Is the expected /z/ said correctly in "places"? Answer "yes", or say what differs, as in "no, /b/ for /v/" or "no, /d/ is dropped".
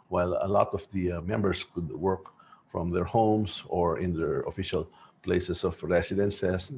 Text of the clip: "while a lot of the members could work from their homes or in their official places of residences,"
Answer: no, /s/ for /z/